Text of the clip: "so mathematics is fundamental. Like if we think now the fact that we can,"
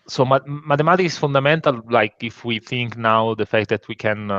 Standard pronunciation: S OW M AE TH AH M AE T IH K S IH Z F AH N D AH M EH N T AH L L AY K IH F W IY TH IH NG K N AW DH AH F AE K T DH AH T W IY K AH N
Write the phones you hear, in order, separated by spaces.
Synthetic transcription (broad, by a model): S OW M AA T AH M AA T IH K IH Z F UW N D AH M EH N T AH L L AY K IH F W IY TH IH NG K N AW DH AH F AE K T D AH T W IY K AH N